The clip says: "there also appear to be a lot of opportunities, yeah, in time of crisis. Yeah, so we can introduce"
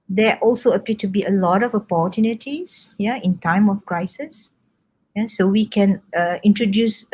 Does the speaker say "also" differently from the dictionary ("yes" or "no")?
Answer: no